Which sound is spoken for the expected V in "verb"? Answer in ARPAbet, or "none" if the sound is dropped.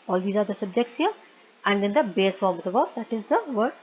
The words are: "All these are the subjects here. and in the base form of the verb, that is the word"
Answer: B